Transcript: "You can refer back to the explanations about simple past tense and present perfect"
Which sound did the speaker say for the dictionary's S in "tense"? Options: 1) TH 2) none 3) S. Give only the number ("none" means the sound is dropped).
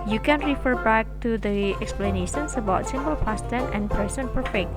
2